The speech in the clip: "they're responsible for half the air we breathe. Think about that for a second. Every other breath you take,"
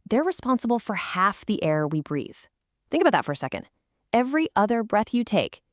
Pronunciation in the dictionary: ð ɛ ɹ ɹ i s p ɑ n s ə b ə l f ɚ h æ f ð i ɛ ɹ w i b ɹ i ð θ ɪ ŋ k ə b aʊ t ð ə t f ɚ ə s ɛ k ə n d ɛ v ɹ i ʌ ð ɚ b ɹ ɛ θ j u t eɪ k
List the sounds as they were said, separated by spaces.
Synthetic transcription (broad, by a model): ð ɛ ɹ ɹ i s p ɑ n s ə b l f ɚ h æ f ð i ɛ ɹ w i b ɹ i ð θ ɪ ŋ k ə b aʊ t ð ə t f ɚ ə s ɛ k ə n d ɛ v ɹ i ʌ ð ɚ b ɹ ɛ θ j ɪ t eɪ k